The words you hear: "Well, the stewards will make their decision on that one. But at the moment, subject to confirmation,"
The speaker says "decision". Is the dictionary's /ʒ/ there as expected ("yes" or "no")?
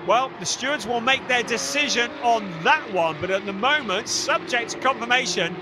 yes